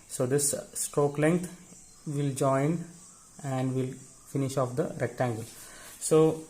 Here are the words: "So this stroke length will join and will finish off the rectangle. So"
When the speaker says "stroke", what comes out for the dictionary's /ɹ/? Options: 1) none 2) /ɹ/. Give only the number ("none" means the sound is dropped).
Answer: 2